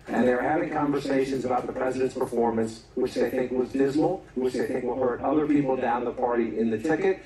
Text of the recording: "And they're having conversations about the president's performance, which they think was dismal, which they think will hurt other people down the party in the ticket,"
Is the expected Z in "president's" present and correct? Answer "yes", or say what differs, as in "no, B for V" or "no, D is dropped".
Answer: yes